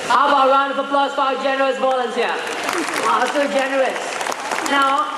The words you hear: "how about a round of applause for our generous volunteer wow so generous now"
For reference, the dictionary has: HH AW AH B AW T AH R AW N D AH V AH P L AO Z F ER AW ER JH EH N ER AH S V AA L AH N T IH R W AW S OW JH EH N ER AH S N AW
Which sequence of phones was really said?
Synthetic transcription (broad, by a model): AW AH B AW AH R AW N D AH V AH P L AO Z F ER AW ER JH EH N ER AH S B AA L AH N S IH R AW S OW JH EH N ER AH S N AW